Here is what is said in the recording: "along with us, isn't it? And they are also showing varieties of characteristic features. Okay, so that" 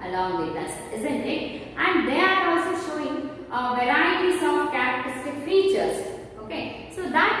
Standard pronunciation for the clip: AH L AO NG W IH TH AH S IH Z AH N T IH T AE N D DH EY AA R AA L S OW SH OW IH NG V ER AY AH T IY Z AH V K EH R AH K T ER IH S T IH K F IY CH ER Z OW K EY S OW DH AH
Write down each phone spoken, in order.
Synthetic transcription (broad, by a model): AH L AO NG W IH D AH S IH Z AH N T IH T AE N D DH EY AA R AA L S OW SH OW IH NG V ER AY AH S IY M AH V K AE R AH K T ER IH S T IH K F IY CH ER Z OW K EY S OW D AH